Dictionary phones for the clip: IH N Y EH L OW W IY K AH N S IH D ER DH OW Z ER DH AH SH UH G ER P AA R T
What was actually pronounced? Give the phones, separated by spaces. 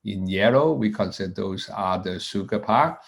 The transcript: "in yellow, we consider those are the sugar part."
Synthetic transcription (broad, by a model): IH N Y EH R OW W IY K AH N S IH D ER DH OW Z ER DH AH S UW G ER P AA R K